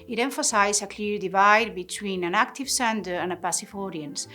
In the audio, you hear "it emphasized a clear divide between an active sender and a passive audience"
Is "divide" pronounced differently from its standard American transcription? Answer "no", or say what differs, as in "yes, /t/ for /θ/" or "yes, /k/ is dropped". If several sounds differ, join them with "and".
no